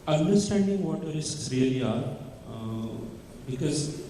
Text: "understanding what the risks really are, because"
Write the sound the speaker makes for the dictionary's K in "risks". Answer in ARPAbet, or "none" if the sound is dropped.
none